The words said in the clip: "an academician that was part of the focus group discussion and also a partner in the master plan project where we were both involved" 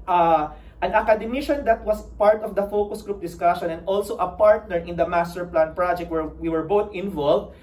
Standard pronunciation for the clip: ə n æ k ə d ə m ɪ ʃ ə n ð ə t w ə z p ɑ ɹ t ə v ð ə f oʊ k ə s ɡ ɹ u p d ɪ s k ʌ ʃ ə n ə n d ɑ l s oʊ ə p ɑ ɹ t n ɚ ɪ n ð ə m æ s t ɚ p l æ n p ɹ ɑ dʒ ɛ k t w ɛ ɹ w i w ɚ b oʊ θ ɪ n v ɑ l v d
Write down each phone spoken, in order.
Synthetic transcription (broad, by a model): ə n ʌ k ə d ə m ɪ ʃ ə n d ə t w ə s p ɑ ɹ t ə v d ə f oʊ k ə s ɡ ɹ u p d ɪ s k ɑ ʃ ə n ə n d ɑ l s oʊ ə p ɑ ɹ t n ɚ ɪ n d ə m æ s t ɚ p l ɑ n p ɹ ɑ dʒ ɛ k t w ɛ ɹ w i w ɚ b oʊ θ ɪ n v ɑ l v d